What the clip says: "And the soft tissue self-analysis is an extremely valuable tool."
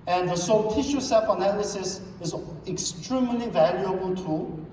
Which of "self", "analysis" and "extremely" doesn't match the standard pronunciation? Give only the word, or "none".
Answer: self